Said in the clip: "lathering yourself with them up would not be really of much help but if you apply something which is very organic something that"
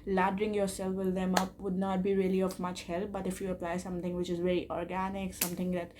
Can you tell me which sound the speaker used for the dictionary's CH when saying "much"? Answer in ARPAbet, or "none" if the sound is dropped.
CH